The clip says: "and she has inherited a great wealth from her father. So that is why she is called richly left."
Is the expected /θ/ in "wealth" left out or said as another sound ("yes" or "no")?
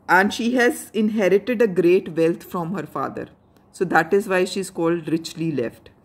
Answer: yes